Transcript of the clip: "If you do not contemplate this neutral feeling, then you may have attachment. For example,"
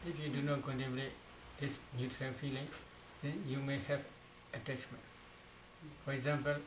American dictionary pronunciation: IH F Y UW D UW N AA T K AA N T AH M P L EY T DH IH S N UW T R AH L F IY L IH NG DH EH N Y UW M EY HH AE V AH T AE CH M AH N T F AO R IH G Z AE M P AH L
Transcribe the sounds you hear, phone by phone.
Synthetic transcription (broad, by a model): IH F Y UW D UW N AA T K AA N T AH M L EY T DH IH S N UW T R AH L F IY L IH NG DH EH N Y UW M EY HH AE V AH T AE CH M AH N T F AO R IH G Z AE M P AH L